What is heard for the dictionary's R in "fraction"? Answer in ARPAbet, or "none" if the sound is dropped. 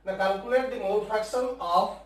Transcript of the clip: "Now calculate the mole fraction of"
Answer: none